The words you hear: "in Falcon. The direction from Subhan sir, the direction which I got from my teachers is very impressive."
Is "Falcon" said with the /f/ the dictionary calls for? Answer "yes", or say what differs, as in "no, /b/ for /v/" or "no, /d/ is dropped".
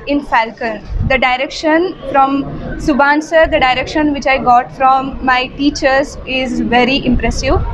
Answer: yes